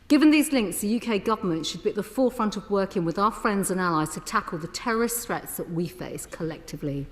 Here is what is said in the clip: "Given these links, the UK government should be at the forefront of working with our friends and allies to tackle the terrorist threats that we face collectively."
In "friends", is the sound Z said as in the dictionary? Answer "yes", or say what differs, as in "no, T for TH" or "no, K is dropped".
yes